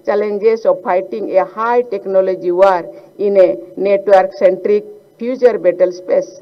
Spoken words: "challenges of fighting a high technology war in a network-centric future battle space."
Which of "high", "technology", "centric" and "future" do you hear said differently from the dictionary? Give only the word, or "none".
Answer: future